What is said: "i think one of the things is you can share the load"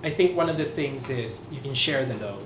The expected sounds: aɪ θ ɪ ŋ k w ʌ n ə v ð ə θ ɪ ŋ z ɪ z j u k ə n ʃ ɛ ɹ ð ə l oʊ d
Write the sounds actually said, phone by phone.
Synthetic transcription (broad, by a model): aɪ θ ɪ ŋ k w ʌ n ə v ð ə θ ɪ ŋ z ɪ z j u k ə n ʃ ɛ ɹ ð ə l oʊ